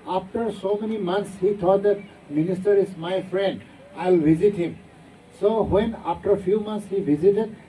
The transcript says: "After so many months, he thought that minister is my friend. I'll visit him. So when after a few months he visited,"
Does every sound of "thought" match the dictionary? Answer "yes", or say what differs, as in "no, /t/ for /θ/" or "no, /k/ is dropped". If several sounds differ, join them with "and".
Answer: no, /t/ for /θ/